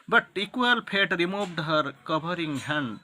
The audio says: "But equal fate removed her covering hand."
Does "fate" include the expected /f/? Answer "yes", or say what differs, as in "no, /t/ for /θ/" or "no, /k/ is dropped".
no, /p/ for /f/